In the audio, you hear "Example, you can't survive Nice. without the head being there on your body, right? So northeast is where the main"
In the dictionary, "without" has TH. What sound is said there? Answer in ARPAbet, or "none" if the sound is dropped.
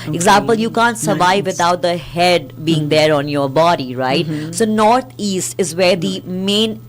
T